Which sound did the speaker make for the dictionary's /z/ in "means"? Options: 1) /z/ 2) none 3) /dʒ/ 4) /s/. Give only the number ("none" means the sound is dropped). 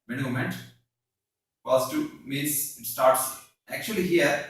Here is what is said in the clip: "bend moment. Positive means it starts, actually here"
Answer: 4